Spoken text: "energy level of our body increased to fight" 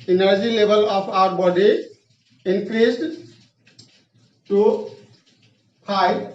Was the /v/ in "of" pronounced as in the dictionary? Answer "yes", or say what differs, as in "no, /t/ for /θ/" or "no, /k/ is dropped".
no, /p/ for /v/